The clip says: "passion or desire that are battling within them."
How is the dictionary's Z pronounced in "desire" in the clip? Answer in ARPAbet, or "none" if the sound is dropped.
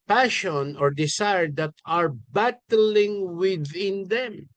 S